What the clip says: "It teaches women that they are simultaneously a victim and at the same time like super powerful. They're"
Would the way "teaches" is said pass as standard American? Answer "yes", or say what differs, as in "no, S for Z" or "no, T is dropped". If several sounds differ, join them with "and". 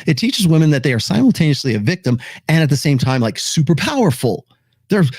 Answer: yes